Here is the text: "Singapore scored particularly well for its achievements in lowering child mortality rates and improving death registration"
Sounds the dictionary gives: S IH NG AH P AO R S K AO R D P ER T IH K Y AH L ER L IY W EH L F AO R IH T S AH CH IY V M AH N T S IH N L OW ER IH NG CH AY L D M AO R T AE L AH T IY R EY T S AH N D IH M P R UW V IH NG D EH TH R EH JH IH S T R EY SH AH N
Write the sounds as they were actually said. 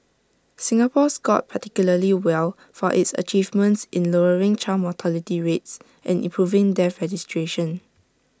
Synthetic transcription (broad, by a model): S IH NG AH P AO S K AO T P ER T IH K Y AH L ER L IY W EH L F AO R IH T S AH CH IY V M AH N T S IH N L OW ER IH NG CH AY M AO T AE L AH T IY R EY T S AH N IH M P R UW V IH NG D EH R EH JH IH S T R EY SH AH N